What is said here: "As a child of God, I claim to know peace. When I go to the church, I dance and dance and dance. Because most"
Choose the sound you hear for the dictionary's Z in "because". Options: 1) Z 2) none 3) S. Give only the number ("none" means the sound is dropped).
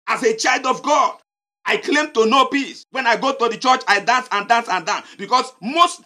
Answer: 3